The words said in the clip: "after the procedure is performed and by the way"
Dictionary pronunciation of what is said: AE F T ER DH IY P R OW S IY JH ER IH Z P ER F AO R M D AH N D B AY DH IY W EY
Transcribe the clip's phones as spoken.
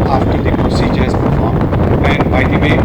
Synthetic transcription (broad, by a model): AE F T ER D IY P R OW S IY JH ER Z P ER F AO R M AH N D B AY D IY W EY